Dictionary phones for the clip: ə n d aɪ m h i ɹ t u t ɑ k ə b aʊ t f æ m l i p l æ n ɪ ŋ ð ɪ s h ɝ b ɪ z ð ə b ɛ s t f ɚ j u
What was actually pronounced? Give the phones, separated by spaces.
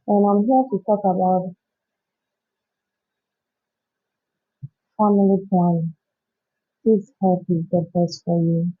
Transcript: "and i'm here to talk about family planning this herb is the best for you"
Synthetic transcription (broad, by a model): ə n aɪ m h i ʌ t u t ɑ k ə b aʊ t f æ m i l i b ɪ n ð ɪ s h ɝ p ɪ z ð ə b ɛ s t f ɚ j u